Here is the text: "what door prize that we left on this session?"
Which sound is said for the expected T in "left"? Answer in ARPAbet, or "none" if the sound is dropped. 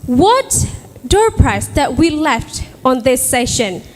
T